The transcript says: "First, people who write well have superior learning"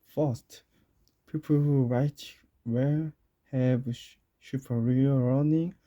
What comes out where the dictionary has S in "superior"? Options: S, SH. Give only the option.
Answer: SH